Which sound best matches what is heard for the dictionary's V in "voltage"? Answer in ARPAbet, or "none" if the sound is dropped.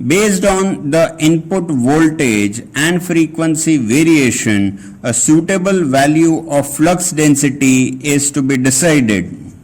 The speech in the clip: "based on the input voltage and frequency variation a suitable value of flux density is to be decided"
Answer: V